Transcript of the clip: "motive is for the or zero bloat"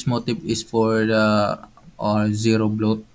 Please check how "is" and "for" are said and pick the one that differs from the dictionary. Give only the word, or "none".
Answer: is